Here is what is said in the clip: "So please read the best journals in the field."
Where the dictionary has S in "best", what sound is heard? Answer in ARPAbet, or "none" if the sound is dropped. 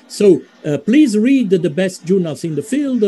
S